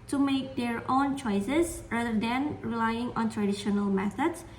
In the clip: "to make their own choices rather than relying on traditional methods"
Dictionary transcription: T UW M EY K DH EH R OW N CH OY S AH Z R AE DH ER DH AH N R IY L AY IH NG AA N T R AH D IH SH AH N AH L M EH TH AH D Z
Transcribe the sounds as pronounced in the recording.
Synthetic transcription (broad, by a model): T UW M EY K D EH R OW N CH OY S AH S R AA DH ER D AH N R IY L AY IH NG AA N T R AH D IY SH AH N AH L M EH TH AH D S